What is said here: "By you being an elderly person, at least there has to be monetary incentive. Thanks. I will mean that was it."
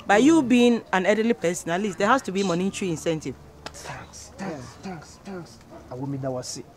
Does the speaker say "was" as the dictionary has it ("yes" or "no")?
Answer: no